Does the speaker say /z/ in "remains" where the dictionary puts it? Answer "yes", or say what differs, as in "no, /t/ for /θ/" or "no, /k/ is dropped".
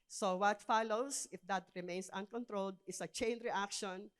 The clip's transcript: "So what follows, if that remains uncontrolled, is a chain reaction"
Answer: no, /s/ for /z/